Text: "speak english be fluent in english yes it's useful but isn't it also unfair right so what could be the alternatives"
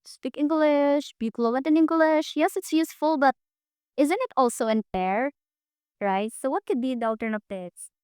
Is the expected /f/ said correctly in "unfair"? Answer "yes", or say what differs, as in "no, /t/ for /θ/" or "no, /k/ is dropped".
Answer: no, /p/ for /f/